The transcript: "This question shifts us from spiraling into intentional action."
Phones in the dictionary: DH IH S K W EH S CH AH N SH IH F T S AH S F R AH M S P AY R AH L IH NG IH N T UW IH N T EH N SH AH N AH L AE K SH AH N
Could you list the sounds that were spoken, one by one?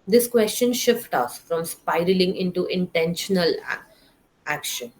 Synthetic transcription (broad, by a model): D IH S K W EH S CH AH N SH IH F T AH S F R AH M S P AY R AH L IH NG IH N T UW IH N T EH N SH AH N AH L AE K SH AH N